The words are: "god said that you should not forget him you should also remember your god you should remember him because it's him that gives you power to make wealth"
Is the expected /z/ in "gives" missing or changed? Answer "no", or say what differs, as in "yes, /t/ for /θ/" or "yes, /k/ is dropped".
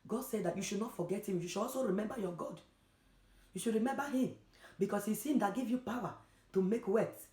yes, /z/ is dropped